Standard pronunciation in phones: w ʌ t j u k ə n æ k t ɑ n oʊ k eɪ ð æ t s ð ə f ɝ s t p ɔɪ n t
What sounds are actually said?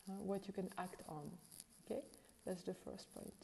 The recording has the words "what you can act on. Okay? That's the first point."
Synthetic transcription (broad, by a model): w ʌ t j u k ə n æ k t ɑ n oʊ k eɪ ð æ t s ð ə f ɝ s t p ɔɪ n t